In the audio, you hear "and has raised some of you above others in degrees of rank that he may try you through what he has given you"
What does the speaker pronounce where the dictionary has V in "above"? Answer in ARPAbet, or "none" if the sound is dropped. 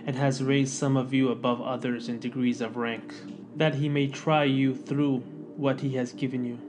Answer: V